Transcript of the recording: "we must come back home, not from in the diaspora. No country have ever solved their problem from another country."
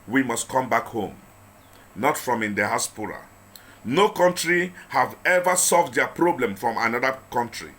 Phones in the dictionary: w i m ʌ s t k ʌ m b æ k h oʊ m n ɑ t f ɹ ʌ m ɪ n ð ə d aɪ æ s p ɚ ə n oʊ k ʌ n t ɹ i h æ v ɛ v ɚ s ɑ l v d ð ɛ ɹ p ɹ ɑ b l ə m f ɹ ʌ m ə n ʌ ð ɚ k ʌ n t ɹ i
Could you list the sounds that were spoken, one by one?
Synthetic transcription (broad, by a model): w i m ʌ s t k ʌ m b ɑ k h oʊ m n ɑ t f ɹ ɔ m ɪ n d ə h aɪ s p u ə n oʊ k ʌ n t ɹ i h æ v ɛ v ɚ s ɑ l v d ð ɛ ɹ p ɹ ɑ b l ə m f ɹ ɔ m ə n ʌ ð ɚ k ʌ n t ɹ i